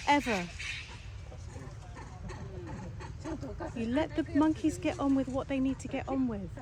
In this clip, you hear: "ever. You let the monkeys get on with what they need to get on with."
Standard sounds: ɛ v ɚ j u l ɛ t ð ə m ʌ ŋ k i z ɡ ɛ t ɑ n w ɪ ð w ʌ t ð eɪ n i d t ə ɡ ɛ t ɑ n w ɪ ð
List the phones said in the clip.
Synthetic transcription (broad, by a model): ɛ v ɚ j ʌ l ɛ t ð ə m ʌ ŋ k i z ɡ ɛ t n w ɪ ð w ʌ t ð eɪ n i d t ə ɡ ɛ t n w ɪ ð